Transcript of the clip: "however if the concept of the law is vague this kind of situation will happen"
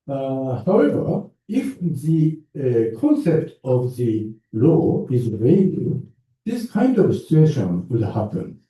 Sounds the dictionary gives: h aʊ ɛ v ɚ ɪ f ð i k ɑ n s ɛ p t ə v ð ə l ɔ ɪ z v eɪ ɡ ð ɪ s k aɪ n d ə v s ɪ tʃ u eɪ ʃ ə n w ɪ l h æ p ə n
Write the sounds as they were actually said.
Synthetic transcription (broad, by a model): h aʊ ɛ v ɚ ɪ f ð i k ɑ n s ɛ p t ə v ð ə l ɔ ɪ z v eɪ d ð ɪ s k aɪ n d ə v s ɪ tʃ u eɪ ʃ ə n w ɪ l h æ p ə n